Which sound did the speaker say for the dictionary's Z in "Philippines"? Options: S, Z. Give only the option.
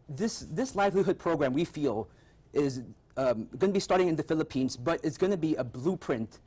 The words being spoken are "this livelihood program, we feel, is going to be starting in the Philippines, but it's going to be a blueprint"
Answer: Z